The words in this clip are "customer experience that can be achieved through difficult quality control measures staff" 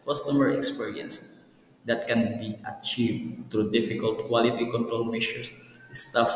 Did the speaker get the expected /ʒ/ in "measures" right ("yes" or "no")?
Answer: no